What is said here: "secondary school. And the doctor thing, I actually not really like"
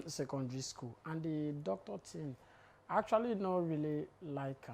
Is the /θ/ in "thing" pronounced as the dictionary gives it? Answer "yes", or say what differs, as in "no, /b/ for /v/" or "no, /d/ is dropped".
no, /t/ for /θ/